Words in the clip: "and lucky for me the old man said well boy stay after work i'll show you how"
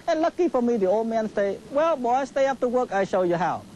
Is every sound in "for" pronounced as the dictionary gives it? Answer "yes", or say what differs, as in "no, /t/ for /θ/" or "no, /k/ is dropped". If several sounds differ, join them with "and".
yes